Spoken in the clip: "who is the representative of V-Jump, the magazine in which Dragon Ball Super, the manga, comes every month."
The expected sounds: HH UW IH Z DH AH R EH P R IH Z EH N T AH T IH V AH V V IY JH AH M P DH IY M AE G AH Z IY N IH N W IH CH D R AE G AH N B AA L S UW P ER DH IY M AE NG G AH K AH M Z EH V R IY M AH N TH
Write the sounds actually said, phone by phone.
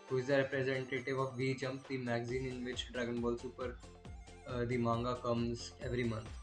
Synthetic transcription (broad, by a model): HH UW IH Z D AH R EH P R IH Z EH N T AH T IH V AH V V IY JH AH M P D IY M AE G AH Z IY N IH N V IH CH D R AE G AH N B AA L S UW P ER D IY M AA NG G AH K AH M Z EH V R IY M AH N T